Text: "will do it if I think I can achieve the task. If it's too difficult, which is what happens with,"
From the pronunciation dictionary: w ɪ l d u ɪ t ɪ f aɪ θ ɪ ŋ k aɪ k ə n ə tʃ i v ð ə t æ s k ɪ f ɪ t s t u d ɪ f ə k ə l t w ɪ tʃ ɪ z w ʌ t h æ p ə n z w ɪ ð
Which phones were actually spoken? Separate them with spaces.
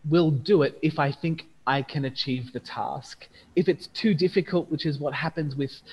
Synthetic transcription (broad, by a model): w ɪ l d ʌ ɪ t ɪ f aɪ θ ɪ ŋ k aɪ k ə n ə tʃ i v ð ə t æ s k ɪ f ɪ t s t u d ɪ f ə k ə l t w ɪ tʃ ɪ z w ʌ t h æ p ə n z w ɪ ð